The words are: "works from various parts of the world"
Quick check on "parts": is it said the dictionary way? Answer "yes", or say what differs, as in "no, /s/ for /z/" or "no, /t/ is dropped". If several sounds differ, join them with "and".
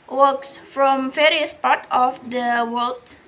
no, /s/ is dropped